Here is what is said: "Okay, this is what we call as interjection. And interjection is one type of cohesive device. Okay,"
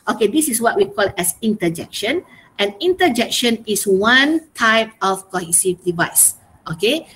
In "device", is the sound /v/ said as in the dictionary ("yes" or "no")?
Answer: yes